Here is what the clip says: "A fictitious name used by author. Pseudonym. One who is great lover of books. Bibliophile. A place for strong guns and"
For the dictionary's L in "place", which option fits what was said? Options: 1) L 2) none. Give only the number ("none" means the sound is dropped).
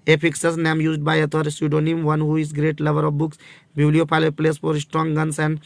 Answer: 1